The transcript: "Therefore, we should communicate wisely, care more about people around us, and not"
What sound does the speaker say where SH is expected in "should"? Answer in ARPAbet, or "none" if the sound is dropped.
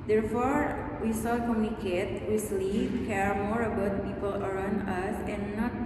S